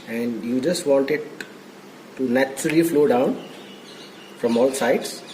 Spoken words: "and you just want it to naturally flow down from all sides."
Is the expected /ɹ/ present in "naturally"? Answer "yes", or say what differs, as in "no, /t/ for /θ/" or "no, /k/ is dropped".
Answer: no, /ɹ/ is dropped